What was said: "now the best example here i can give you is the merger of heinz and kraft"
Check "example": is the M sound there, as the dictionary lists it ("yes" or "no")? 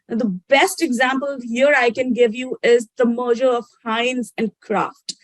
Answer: yes